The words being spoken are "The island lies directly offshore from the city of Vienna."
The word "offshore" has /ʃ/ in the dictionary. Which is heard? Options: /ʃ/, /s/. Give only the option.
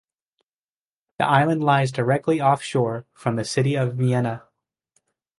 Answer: /ʃ/